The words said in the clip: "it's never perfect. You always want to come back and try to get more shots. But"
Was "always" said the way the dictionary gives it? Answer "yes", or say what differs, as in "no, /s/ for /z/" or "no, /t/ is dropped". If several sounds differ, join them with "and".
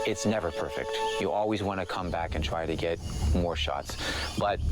yes